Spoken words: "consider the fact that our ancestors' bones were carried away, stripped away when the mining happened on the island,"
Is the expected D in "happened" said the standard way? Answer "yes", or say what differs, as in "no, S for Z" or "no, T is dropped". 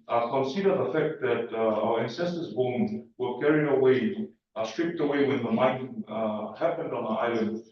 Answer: yes